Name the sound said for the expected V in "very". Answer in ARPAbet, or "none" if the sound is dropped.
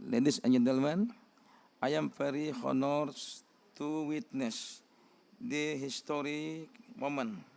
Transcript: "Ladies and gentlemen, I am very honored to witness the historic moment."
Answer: P